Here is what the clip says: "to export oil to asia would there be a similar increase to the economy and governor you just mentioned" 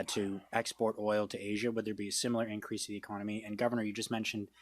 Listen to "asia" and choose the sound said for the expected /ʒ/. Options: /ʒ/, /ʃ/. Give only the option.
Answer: /ʒ/